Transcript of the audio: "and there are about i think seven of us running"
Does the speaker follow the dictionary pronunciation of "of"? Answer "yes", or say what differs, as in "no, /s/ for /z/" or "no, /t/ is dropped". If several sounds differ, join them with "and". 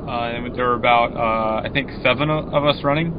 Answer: yes